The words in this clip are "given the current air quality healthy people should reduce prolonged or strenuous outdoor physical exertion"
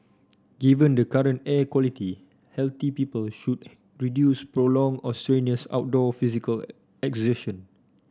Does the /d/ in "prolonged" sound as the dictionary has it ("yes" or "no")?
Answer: no